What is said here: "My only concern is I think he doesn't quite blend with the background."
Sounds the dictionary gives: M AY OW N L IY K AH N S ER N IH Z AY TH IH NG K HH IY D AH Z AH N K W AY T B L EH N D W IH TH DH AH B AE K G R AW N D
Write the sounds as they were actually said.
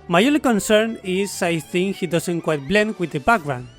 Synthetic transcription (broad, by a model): M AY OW L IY K AH N S ER N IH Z AY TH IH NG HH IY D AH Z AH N K W AY T B L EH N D W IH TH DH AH B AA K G R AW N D